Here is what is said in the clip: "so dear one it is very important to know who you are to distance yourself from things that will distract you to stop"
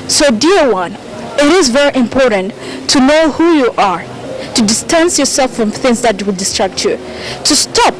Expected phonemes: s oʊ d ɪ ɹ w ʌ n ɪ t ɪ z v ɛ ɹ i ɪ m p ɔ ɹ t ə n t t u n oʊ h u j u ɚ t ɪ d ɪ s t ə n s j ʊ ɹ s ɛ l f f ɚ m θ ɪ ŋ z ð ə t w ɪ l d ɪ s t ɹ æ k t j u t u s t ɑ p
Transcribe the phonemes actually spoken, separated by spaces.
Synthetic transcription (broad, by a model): s oʊ d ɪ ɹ w ʌ n ɪ t ɪ z v ɛ ɹ i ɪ m p ɔ ɹ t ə n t t u n oʊ h u j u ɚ t ɪ d ɪ s t ə n s j ʊ ɹ s ɛ l f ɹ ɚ m θ ɪ ŋ z ð ə t w ɪ l d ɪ s t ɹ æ k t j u t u s t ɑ p